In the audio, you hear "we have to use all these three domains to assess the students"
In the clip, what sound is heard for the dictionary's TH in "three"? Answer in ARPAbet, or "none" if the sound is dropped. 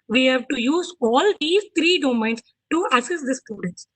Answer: T